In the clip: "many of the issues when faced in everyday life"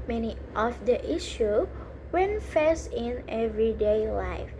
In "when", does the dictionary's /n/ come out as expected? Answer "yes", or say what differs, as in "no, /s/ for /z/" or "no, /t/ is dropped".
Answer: yes